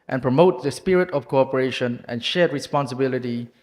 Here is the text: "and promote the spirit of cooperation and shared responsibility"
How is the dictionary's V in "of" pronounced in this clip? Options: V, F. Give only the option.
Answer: F